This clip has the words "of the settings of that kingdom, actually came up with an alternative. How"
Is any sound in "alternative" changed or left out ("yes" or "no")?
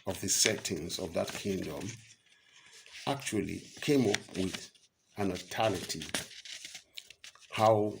yes